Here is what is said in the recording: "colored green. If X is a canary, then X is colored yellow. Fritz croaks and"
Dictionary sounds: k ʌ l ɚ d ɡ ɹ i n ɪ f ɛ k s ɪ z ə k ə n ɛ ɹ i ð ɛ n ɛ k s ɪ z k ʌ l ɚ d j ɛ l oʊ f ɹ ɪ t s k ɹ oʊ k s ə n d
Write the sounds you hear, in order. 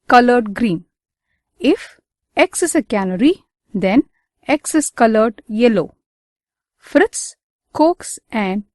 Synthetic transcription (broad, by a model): k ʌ l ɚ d ɡ ɹ i n ɪ f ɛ k s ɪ s ə k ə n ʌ ɹ i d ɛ n ɛ k s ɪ s k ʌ l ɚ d j ɛ l oʊ f ɹ ɪ t s k oʊ k s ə n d